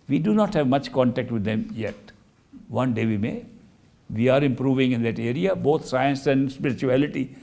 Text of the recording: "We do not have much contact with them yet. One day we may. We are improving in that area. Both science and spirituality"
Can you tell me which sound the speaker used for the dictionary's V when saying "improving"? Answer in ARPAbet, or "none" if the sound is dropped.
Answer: V